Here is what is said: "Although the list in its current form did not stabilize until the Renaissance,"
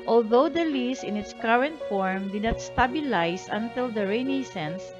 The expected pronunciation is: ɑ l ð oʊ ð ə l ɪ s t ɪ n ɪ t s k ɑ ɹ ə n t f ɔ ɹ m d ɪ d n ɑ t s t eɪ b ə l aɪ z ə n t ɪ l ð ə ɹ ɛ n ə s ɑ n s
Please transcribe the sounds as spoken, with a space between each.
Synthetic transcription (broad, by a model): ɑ l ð oʊ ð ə l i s ɪ n ɪ t s k ɑ ɹ ə n t f ɔ ɹ m d ɪ d n ɑ t s t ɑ b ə l aɪ s ə n t ɪ l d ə ɹ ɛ n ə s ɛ n s